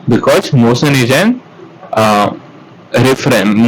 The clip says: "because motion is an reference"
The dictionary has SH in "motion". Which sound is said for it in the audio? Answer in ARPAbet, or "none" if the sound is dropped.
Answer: S